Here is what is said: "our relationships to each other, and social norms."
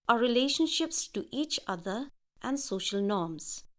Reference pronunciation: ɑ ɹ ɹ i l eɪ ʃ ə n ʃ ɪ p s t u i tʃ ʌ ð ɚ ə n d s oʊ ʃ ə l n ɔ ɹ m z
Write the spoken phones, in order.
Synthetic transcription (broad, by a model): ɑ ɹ ɹ i l eɪ ʃ ə n ʃ ɪ p s t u i tʃ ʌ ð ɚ ə n d s oʊ ʃ ə l n ɔ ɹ m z